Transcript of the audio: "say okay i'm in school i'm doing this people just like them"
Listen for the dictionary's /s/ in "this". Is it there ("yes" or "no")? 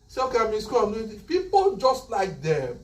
no